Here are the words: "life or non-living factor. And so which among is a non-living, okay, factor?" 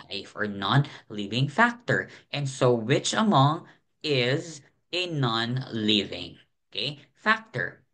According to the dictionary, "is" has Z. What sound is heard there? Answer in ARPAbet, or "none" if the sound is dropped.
Z